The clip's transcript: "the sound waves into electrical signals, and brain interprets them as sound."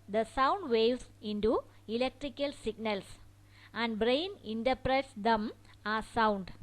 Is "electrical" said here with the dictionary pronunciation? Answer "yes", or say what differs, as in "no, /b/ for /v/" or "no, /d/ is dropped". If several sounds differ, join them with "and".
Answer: yes